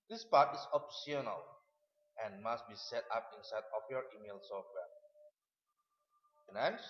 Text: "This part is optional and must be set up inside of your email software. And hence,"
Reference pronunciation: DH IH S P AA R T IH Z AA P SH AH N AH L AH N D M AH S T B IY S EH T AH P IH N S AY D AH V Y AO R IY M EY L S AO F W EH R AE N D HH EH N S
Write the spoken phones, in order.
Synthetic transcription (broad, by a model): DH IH S P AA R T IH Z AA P S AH N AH L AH N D M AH S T B IY S EH T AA P IH N S AY D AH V Y AO R IY M EY L S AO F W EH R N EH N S